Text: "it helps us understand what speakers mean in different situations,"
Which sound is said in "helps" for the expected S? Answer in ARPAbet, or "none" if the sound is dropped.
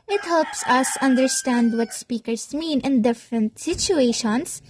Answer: S